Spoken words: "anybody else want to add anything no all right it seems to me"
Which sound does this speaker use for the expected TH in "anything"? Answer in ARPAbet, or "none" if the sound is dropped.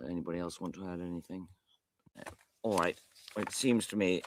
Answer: TH